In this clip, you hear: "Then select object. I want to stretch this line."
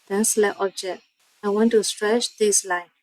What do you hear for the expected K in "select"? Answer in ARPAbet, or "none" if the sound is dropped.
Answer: none